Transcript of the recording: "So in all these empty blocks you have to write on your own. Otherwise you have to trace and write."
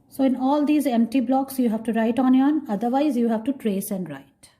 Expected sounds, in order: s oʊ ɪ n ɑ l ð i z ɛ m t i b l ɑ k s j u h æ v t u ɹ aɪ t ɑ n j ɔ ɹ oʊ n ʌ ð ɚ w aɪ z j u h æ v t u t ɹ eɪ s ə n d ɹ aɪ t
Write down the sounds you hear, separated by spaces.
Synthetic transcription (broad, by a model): s oʊ ɪ n ɑ l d i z ɛ m t i b l ɑ k s j u h æ v t u ɹ aɪ t ɑ n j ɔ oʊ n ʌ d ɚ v aɪ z j u h æ v t u t ɹ eɪ s ə n d ɹ aɪ t